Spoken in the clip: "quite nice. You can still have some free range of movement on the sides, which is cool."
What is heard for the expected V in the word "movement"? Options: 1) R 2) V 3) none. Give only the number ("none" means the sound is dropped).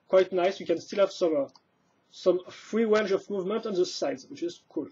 2